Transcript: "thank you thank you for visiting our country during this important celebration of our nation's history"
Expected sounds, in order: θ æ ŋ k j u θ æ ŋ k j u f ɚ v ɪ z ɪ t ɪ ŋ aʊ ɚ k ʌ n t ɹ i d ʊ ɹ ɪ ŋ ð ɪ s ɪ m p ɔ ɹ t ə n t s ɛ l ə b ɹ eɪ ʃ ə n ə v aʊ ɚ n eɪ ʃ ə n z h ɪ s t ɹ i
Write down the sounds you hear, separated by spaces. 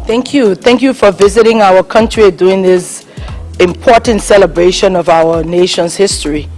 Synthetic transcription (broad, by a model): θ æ ŋ k j u θ æ ŋ k j u f ɚ v ɪ z ɪ t ɪ ŋ aʊ ɚ k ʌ n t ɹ i d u ɪ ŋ ð ɪ s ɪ m p ɔ ɹ t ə n t s ɛ l ə b ɹ eɪ ʃ ə n ə v aʊ ɚ n eɪ ʃ ə n z h ɪ s t ɹ i